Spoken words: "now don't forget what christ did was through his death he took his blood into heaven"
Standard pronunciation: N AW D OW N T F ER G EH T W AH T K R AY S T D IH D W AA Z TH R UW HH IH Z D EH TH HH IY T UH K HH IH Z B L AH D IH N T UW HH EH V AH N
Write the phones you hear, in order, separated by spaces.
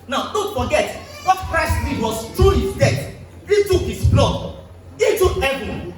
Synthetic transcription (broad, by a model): N AW D OW N T F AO G EH T W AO T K R AY S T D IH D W AA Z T R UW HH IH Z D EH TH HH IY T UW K HH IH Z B L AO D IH T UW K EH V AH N